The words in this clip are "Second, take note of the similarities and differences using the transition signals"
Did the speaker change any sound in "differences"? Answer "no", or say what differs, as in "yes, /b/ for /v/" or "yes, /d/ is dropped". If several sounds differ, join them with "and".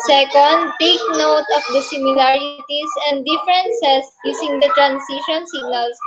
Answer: yes, /s/ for /z/